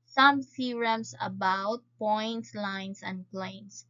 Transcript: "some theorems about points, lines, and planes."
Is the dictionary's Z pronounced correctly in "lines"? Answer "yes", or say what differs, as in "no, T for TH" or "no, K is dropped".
no, S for Z